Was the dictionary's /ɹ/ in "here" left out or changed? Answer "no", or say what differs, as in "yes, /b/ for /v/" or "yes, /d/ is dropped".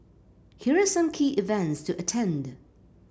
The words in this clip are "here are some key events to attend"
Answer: no